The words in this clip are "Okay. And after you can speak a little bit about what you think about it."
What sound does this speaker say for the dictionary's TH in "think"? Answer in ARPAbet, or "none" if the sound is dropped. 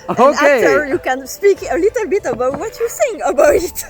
S